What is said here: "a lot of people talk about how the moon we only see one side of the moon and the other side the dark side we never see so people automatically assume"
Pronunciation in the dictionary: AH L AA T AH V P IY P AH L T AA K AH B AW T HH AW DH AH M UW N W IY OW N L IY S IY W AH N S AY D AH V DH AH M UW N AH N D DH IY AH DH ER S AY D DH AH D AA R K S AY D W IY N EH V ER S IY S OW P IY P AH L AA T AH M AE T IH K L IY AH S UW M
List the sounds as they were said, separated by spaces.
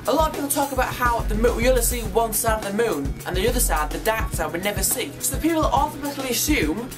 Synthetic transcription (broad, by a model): AH L AA T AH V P IY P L T AA K AH B AW T HH AW DH AH M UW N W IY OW L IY S IY W AH N S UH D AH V DH AH M UW N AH N DH IY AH DH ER S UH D DH AH D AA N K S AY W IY N EH V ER S IY S OW P IY P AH L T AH M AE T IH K L IY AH S UW M